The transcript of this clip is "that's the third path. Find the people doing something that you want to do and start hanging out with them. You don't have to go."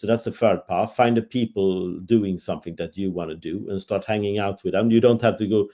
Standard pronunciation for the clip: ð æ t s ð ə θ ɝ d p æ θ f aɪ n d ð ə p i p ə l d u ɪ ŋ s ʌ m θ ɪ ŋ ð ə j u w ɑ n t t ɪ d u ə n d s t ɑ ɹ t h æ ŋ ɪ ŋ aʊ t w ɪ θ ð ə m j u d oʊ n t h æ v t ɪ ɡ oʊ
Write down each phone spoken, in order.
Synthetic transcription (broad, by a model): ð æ t s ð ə f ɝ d p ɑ t f aɪ n d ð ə p i p ə l d u ɪ ŋ s ʌ m θ ɪ ŋ ð ə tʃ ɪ w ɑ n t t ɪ d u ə n s t ɑ ɹ t h æ ŋ ɪ ŋ aʊ t w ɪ ð ə m j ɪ d oʊ n t h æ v t ɪ ɡ oʊ